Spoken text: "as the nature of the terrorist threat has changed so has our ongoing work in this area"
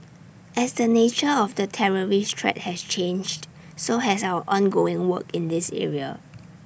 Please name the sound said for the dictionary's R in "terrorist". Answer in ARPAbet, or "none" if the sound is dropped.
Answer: R